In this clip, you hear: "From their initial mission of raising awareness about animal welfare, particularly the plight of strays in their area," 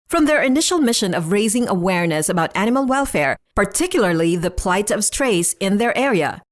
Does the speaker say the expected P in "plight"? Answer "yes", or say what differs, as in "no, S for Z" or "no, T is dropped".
yes